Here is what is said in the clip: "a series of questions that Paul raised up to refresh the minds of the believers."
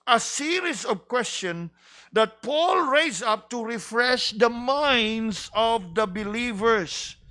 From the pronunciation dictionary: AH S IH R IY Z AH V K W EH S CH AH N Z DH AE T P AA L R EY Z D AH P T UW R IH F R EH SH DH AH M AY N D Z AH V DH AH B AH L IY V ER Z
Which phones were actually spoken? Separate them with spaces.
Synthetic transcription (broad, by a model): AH S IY R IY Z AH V K W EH S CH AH N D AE T P AA L R EY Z AH P T UW R IH F R EH SH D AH M AY N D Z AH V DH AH B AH L IY V ER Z